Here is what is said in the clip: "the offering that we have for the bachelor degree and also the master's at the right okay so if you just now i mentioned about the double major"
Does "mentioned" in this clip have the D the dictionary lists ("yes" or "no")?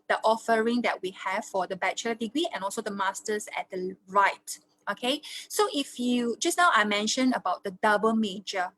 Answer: no